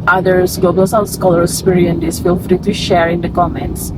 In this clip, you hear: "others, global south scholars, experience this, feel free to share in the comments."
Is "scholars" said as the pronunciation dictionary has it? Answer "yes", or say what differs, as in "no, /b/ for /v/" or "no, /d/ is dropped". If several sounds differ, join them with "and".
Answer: no, /z/ is dropped